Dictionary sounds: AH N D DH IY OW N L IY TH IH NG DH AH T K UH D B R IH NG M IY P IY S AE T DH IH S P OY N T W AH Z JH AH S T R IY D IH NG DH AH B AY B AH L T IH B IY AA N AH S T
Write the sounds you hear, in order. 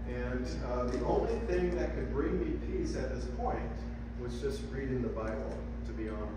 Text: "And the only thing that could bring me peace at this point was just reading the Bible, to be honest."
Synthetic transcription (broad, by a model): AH N DH IY OW N L IY TH IH NG DH AH T K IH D B R IH NG M IY P IY S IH T DH IH S P OY N T W AH Z JH AH S T R IY D IH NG DH AH B AY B L T IH B IY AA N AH